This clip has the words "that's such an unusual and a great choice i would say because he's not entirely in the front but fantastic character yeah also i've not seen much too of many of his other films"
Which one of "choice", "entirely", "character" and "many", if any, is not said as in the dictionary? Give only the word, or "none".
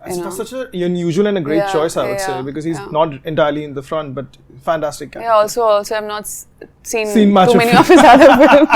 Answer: character